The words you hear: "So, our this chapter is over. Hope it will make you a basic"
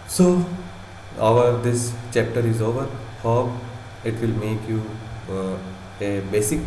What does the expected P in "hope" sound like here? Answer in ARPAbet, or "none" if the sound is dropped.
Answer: none